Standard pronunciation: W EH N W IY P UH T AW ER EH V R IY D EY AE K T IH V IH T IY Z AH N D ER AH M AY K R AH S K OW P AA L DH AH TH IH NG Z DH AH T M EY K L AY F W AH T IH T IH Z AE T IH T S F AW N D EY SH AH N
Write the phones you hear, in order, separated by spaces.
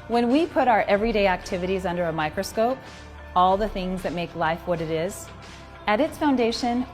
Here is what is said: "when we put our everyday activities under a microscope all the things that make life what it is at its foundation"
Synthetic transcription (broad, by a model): W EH N W IY P UH T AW ER EH V R IY D EY AE K T IH V IH T IY Z AH N D ER AH M AY K R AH S K OW P AA L DH AH TH IH NG Z DH AH T M EY K L AY F W AH T IH T IH Z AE T IH T S F AW N D EY SH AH N